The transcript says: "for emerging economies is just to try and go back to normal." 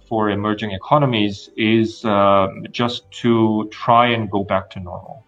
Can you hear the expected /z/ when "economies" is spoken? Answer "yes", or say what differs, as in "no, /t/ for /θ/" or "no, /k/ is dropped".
yes